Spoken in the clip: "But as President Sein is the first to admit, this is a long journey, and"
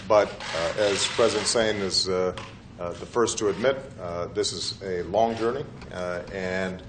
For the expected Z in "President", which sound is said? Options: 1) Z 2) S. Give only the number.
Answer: 1